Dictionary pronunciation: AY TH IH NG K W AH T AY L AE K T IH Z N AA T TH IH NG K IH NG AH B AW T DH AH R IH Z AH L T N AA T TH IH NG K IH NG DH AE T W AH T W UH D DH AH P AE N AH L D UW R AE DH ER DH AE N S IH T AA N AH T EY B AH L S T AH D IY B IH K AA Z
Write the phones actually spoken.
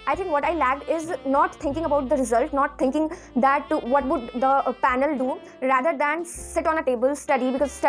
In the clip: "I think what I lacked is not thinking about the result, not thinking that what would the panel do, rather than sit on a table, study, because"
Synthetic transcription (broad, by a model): AY T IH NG K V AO T AY L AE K IH Z N AA T T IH NG K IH NG AH B AW T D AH R IH Z AH L T N AA T T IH NG K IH NG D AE T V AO T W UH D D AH P AE N AH L D UW R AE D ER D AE N S IH T AA N AH T EY B AH L S T AH D IY B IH K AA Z